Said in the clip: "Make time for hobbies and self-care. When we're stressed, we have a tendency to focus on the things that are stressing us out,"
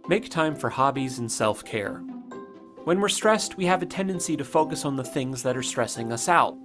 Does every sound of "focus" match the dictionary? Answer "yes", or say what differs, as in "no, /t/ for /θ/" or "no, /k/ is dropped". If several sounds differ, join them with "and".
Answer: yes